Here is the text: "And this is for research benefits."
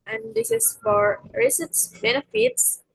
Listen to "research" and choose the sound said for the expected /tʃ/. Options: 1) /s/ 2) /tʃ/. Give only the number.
1